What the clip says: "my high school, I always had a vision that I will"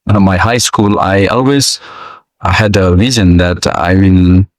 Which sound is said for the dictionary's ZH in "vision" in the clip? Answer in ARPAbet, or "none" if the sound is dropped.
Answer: Z